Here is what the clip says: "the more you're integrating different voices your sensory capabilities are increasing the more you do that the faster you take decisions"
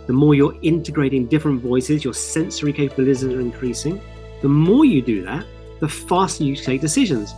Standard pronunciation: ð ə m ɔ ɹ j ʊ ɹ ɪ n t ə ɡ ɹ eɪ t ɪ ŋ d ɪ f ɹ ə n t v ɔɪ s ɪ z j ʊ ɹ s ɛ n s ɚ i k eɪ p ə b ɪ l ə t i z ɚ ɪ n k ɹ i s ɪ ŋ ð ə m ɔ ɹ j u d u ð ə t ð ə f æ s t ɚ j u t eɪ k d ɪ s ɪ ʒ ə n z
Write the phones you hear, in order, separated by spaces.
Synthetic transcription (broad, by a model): ð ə m ɔ j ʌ ɹ ɪ n t ə ɡ ɹ eɪ t ɪ ŋ d ɪ f ɹ ə n t v ɔɪ s ɪ z j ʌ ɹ s ɛ n s ɚ i k eɪ p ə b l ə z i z ɚ ɪ n k ɹ i s ɪ ŋ ð ə m ɔ j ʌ d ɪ ð ə t ð ə f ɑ s t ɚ j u t eɪ k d ɪ s ɪ ʒ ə n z